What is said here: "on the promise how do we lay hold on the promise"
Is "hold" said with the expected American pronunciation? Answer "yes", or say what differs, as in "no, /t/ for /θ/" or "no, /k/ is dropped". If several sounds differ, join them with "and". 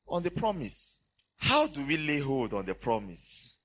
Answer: yes